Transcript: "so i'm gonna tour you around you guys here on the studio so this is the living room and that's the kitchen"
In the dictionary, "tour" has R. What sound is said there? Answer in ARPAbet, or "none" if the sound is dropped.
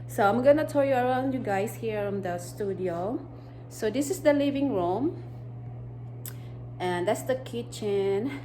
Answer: L